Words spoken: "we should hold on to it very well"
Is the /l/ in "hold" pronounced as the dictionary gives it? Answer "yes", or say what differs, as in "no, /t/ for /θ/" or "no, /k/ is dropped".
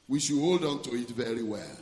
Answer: yes